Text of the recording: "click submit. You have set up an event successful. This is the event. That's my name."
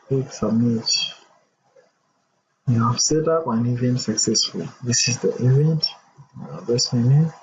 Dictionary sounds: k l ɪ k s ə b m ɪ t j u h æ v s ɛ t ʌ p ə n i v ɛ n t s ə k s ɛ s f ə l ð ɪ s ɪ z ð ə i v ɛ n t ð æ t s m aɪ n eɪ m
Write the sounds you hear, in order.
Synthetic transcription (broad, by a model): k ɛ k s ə m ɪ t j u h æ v s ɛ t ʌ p ə n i v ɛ n s ə k s ɛ s f ə l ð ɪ s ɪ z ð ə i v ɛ n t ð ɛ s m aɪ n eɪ